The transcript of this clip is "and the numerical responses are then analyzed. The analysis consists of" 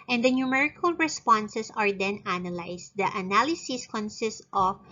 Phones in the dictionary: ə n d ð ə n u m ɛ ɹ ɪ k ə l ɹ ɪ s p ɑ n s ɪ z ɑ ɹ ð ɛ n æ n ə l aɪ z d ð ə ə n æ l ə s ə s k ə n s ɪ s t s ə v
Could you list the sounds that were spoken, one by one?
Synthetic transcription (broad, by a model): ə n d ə n u m ɛ ɹ ɪ k ə l ɹ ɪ s p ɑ n s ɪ s ɑ ɹ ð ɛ n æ n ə l aɪ s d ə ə n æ l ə s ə s k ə n s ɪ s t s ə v